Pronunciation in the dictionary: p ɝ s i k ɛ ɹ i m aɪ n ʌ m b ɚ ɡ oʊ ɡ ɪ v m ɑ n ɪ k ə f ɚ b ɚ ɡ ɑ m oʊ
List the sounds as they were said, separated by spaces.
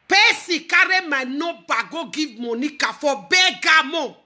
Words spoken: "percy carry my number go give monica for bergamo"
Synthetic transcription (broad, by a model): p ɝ s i k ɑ ɹ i m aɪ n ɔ b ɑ ɡ oʊ ɡ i m ɑ n ɪ k ə f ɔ b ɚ ɡ ɑ m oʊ